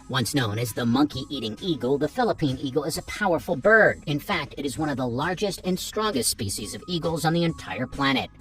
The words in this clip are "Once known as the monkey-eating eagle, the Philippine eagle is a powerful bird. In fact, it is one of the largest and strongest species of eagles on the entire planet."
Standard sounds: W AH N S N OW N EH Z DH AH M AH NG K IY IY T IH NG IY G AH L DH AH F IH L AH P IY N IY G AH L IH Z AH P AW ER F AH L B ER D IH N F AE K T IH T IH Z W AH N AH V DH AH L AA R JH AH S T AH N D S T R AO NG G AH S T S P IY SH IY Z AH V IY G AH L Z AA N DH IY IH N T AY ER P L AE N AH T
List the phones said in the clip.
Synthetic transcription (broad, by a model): W AH N S N OW N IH Z DH AH M AH NG K IY IY T IH NG IY G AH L DH AH F IH L AH P IY N IY G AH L IH Z AH P AW ER F L B ER D IH N F AE K T IH T IH Z W AH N AH V DH AH L AA R JH AH S T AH N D S T R AO NG G AH S T S P IY SH IY Z AH V IY G L Z N DH IY IH N T AY ER P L AE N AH T